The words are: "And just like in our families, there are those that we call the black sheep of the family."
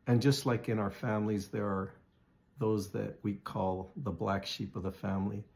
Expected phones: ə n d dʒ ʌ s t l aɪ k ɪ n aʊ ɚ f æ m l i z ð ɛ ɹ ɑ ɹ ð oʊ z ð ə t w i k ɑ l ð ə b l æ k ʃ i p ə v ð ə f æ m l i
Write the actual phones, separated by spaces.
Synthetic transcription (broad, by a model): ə n dʒ ʌ s t l aɪ k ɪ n aʊ ɚ f æ m l i z ð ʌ ɹ ɹ ð oʊ z ð ə t w i k ɑ l ð ə b l æ k ʃ i p ə v ð ə f æ m l i